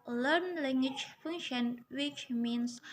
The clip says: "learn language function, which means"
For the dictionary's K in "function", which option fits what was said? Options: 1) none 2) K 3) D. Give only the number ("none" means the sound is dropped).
1